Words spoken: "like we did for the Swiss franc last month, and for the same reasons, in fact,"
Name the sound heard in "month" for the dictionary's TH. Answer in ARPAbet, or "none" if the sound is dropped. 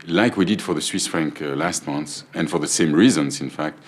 S